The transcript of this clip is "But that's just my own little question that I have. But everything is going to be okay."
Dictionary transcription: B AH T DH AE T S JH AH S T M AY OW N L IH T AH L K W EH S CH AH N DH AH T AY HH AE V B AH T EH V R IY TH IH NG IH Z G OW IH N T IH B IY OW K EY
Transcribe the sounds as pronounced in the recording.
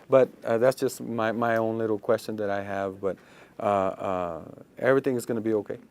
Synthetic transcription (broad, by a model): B AH T DH AE T S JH AH S T M AY OW N L IH T L K W EH S CH AH N DH AH T AY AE V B AH T EH V R IY TH IH NG IH Z G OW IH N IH B IY OW K EY